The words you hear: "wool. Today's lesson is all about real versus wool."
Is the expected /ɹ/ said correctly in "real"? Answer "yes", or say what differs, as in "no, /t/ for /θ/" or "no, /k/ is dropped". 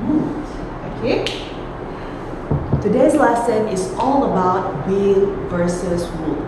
no, /w/ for /ɹ/